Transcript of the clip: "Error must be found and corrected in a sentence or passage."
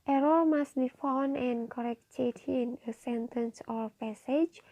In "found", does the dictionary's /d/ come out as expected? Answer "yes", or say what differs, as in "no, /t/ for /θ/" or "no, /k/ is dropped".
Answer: no, /d/ is dropped